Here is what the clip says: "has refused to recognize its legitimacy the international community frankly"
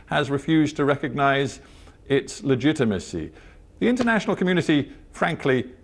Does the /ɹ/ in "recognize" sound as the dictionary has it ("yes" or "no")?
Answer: yes